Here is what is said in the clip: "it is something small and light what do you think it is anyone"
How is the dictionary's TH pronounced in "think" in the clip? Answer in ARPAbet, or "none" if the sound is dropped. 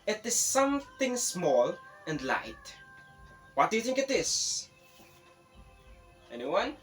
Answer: TH